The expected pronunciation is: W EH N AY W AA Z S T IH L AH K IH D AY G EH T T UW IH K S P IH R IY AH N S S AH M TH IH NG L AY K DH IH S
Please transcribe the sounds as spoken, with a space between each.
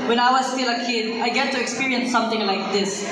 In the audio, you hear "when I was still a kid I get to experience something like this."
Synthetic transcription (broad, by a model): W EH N AY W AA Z S T IH L AH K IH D AY G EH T T UW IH K S P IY R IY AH N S S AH M T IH NG L AY K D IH S